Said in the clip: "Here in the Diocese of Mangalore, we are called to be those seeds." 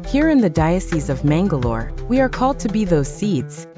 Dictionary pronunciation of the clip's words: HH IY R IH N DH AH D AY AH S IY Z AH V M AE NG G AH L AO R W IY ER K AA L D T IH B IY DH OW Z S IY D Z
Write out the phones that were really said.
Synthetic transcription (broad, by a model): HH IY R IH N DH AH D AY AH S IY Z AH V M AE NG G AH L AO R W IY ER K AA L D T IH B IY DH OW Z S IY D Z